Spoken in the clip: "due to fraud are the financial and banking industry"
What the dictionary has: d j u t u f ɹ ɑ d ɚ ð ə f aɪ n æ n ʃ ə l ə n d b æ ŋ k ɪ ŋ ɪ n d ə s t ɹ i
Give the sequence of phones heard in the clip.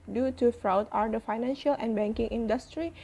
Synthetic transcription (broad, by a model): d j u t u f ɹ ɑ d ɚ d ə f aɪ n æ n ʃ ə l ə n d b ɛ ŋ k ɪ ŋ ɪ n d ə s t ɹ i